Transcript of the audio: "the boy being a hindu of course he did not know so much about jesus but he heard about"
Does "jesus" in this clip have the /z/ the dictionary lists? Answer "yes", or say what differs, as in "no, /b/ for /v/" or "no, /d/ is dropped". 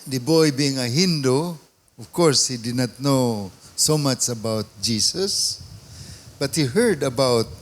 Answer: no, /s/ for /z/